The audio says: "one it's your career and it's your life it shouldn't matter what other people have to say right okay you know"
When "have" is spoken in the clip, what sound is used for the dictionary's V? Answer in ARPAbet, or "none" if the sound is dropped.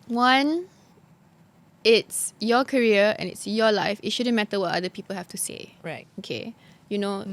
F